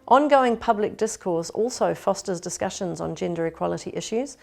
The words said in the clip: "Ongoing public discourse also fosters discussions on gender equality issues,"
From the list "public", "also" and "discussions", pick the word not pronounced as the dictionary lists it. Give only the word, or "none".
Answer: none